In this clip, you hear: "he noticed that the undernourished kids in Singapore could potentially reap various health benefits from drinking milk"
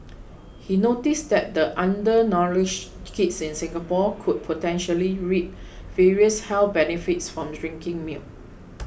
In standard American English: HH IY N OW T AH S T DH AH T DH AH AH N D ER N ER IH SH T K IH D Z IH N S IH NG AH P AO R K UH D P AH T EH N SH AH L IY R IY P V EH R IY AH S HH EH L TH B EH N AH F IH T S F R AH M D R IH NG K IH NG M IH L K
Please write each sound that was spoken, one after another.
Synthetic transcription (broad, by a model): HH IY N OW T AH S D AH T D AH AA N D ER N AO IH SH K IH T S IH N S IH NG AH P AO K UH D P AH T EH N SH AH L IY R IY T V EH R IY AH S HH EH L B EH N AH F IH T S F R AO M D R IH NG K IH NG M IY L